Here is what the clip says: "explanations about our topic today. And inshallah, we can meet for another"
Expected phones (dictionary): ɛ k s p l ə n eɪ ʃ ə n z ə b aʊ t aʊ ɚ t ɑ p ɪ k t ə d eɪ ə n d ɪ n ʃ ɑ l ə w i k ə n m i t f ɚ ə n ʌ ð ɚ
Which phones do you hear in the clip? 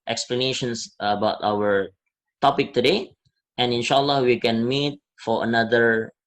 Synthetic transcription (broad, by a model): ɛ k s p l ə n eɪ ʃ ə n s ə b aʊ t aʊ ɚ t ɑ p ɪ k t ə d eɪ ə n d ɪ n ʃ ɑ l ə w i k ə n m i t f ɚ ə n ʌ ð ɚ